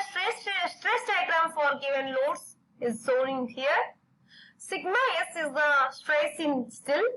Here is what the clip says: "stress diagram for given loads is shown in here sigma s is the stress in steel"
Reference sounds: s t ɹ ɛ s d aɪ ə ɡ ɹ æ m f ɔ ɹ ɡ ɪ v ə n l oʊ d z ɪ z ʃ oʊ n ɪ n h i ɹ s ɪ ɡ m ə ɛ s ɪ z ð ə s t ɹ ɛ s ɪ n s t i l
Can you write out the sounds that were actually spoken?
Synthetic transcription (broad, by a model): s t ɹ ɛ s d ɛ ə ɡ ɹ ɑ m f ɔ ɹ ɡ ɪ v ə n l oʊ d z ɪ z s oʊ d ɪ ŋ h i ɹ s ɪ ɡ m ə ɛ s ɪ z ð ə s t ɹ ɛ s ɪ n s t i l